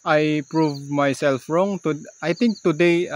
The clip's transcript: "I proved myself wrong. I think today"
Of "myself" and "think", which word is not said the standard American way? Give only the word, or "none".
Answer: think